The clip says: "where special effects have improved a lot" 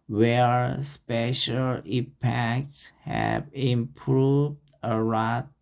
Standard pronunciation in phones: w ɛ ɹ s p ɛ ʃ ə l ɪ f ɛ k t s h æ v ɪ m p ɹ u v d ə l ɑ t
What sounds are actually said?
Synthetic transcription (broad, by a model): w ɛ ɹ s p ɛ ʃ ə l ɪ p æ k t s h æ v ɪ m p ɹ u v d ə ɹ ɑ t